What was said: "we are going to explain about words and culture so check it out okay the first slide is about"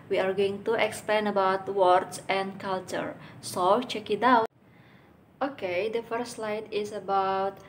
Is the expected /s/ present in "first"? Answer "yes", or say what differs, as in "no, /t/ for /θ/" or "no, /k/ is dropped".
no, /s/ is dropped